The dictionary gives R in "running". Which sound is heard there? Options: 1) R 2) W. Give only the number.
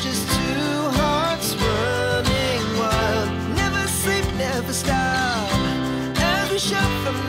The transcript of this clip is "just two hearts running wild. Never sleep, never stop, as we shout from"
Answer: 2